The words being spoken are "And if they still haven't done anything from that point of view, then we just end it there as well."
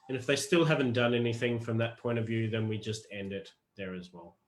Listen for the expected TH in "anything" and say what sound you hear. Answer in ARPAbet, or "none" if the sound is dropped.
TH